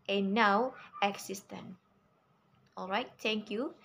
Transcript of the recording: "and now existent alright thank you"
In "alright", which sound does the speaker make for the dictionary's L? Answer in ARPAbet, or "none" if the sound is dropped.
L